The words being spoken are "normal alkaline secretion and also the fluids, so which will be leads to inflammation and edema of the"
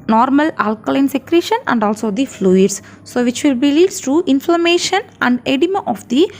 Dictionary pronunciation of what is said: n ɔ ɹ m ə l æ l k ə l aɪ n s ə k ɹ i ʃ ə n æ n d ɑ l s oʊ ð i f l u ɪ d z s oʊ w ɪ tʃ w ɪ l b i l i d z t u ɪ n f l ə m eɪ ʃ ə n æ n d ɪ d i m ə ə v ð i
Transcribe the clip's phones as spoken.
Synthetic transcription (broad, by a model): n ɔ ɹ m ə l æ l k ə l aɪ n s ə k ɹ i ʃ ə n æ n d ɑ l s oʊ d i f l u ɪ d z s oʊ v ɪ tʃ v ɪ l b i l i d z t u ɪ n f l ə m eɪ ʃ ə n æ n d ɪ d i m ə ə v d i